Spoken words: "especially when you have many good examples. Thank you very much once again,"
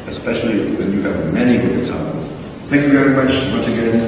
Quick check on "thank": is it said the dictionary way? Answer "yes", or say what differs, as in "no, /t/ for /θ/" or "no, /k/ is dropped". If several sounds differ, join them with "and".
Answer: yes